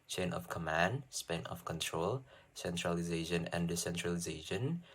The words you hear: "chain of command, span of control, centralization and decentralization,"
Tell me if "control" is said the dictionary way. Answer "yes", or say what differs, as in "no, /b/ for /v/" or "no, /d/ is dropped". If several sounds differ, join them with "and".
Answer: yes